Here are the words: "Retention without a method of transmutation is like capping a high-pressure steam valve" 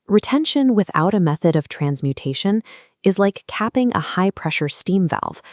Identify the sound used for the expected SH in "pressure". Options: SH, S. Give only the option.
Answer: SH